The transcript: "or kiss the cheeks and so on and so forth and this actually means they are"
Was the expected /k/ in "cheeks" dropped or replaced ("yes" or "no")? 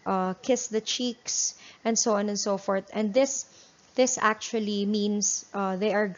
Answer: no